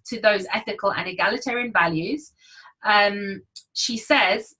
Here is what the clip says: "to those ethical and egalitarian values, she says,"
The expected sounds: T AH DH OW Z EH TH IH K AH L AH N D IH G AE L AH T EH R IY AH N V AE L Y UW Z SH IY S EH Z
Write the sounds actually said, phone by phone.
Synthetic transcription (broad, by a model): T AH DH OW Z EH TH IH K AH L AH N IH G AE L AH T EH R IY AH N V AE L Y UW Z SH IY S EH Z